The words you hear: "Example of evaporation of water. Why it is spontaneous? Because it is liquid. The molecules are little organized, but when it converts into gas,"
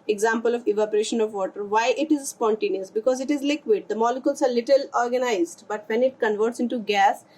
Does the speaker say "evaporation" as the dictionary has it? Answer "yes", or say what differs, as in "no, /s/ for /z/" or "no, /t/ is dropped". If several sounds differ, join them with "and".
yes